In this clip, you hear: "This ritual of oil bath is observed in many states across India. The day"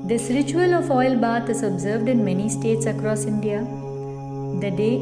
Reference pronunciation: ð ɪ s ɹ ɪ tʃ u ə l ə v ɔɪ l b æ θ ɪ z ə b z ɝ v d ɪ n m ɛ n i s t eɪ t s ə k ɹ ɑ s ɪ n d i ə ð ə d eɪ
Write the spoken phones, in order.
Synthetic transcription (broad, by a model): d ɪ s ɹ ɪ tʃ u ə l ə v ɔɪ l b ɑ t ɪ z ə b z ɝ v d ɪ n m ɛ n i s t eɪ t s ə k ɹ ɑ s ɪ n d i ə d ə d eɪ